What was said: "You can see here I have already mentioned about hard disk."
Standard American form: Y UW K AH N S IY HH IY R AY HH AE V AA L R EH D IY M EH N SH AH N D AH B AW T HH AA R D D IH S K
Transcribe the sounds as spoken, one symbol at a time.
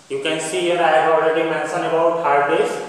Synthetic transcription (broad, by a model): Y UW K AH N S IY HH IY R AY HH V AA L R EH D IY M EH N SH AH N AH B AW T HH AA R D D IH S